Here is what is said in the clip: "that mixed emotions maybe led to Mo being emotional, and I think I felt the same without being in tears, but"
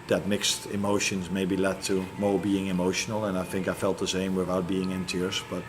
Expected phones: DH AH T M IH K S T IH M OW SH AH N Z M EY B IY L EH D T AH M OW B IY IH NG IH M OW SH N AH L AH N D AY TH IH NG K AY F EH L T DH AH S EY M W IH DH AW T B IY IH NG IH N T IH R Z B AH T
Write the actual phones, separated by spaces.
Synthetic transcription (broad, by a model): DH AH T M IH K S T IH M OW SH AH N Z M EY B IY L EH D T AH M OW B IY IH NG IH M OW SH N AH L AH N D AY TH IH NG K AY F EH L T DH AH S EY M W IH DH AW T B IY IH NG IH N T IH R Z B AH T